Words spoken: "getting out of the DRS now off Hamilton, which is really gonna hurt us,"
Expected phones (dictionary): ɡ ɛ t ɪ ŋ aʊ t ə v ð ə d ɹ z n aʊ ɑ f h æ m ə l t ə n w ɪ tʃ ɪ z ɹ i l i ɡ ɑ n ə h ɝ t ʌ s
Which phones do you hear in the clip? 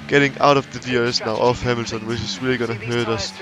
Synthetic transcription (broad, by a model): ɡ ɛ t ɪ ŋ aʊ t ə v ð ə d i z n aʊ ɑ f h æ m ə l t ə n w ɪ ɪ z ɹ i l i ɡ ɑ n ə h ɝ t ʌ s